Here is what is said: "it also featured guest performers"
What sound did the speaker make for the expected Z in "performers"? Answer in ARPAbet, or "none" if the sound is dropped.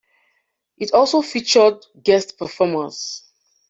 S